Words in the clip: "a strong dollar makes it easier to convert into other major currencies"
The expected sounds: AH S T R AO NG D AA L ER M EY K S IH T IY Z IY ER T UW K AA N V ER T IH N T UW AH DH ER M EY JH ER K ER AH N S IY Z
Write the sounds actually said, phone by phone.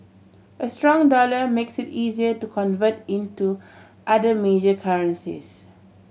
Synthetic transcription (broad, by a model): AH S T R AO NG D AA L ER M EY K S IH T IY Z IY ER T UW K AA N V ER T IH N T UW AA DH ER M EY JH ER K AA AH N S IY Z